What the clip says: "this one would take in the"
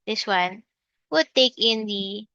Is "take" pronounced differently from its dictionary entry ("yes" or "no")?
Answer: no